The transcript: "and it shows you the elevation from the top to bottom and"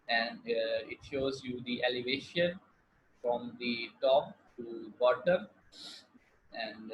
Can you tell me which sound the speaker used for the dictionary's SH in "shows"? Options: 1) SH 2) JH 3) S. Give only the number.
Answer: 1